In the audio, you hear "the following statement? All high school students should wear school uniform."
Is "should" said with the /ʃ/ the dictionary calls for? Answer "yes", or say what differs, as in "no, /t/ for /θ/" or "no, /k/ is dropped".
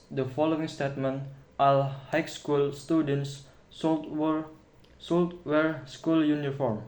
no, /s/ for /ʃ/